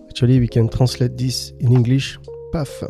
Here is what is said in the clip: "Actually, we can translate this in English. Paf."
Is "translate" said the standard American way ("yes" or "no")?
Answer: no